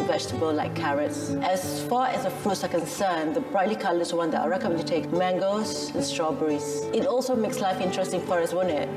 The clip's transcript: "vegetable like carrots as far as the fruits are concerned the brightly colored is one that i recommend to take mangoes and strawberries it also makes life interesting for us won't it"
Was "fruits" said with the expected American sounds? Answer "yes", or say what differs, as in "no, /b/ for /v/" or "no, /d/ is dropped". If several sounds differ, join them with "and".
no, /ɹ/ is dropped